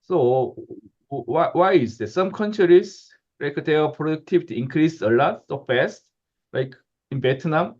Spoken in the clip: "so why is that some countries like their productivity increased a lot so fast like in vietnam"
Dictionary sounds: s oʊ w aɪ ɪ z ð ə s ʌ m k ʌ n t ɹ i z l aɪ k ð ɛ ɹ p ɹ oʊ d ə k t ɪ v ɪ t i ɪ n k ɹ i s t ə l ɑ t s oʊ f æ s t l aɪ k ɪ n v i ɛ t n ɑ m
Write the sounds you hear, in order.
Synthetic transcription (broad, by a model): s oʊ w aɪ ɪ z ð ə s ʌ m k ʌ n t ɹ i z l aɪ k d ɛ p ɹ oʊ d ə k t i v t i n k ɹ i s ə l ɑ t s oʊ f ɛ s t l aɪ k ɪ n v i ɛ t n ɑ m